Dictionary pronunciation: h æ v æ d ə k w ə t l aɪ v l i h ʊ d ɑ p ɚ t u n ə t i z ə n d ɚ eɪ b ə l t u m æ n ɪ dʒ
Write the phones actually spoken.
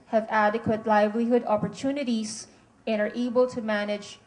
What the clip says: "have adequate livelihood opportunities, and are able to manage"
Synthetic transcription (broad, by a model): h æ v æ d ə k w ə t l aɪ v l i h ʊ d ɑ p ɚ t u n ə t i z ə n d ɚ eɪ b ə l t u m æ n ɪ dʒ